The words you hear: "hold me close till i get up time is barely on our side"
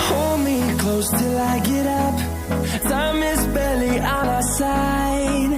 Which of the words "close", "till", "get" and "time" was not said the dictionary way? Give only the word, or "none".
time